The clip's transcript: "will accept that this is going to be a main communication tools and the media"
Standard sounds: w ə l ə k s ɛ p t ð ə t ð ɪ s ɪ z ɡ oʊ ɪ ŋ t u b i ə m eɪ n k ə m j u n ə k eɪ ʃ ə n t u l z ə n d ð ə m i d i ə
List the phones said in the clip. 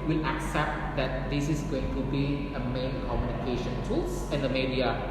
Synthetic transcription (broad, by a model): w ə l ə k s ɛ p t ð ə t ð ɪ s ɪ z ɡ oʊ ɪ ŋ t u b i ə m eɪ n k ə m j u n ə k eɪ ʃ ə n t u l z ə n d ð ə m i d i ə